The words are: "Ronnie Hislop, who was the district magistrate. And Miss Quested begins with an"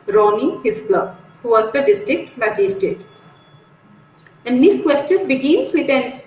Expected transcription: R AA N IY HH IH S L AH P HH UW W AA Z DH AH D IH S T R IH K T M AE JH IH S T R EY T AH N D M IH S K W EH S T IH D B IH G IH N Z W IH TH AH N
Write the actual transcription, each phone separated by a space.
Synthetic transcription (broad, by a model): R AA N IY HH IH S L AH HH UW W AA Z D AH D IH S T R IH K T M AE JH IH S T EY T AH N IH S K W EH S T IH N B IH G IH N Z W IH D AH N